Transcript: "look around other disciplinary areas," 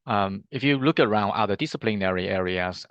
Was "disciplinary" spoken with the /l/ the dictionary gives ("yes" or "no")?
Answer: yes